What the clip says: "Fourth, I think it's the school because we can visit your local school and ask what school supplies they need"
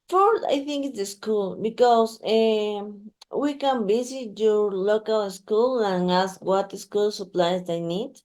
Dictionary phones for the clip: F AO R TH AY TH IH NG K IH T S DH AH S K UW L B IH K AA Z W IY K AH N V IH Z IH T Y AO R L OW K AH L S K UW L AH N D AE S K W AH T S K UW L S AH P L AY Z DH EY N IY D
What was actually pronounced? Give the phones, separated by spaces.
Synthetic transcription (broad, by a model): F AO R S AY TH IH NG K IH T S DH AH S K UW L B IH K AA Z W IY K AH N B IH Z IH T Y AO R L OW K AH L S K UW L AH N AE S K W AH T S K UW L S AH P L AY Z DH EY N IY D